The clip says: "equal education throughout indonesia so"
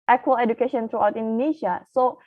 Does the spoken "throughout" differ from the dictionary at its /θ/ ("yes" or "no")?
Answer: yes